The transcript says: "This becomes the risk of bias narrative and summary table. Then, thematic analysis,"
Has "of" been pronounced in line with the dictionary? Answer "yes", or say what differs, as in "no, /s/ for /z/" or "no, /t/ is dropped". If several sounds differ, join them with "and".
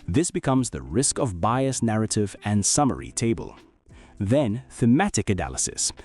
yes